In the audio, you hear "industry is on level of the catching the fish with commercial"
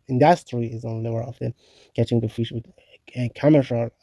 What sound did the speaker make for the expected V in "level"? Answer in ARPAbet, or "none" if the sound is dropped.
W